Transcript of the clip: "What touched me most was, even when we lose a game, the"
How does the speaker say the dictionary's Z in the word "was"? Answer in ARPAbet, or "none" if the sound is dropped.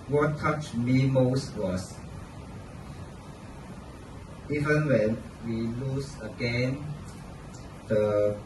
S